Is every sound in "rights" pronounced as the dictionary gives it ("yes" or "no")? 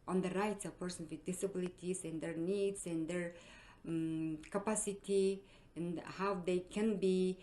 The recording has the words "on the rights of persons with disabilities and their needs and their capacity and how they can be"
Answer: yes